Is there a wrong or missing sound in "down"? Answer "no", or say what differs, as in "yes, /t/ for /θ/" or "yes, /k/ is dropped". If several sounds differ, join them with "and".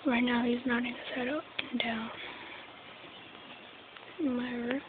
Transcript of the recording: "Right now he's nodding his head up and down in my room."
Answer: yes, /n/ is dropped